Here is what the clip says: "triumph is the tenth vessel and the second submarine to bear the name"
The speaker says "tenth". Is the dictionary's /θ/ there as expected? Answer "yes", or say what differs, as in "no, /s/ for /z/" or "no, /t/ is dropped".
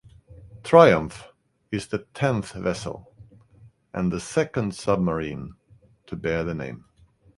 yes